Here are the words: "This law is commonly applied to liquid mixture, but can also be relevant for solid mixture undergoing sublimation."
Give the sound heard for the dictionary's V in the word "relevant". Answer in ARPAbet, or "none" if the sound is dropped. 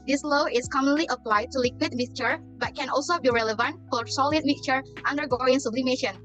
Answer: V